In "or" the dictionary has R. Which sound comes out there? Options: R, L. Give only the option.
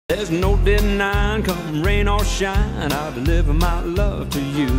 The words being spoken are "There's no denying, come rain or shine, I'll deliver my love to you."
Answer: L